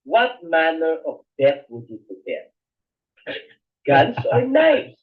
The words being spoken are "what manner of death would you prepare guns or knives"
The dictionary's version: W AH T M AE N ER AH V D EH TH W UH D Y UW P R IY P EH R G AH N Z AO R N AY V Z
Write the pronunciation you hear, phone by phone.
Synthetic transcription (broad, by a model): W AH T M AE N ER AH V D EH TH W UH D Y UW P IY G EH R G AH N S AO R N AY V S